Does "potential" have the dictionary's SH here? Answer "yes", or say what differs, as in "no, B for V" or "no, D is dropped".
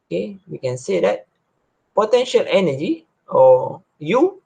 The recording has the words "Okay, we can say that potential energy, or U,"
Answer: yes